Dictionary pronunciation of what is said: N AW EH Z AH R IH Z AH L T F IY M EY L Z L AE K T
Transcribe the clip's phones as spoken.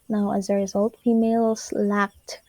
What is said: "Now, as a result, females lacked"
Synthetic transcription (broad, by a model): N AW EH Z AH R IH Z AH L T F IY M EY L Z L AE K T